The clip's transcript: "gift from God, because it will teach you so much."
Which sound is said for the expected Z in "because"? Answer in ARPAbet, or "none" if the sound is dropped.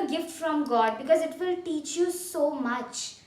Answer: Z